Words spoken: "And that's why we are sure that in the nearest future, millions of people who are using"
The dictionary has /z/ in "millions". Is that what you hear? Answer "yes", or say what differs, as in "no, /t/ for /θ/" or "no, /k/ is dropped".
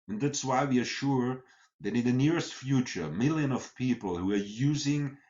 no, /z/ is dropped